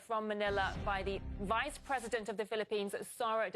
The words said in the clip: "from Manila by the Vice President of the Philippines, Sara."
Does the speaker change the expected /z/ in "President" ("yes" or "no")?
no